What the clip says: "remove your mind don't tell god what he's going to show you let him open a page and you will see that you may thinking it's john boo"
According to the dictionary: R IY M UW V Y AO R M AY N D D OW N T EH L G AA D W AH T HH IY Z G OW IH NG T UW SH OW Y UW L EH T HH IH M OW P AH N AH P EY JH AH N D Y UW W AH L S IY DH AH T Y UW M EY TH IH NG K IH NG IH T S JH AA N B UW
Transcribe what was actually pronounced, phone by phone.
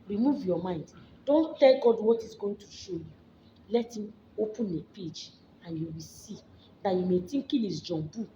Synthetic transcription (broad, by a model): R IY M UW V Y AO M AY N D D OW N T EH L G AA D W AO T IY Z G OW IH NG T UW SH OW Y UW L EH T HH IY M OW P AH N AH P EY JH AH N Y UW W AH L S IY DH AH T Y UW M EY T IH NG K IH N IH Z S JH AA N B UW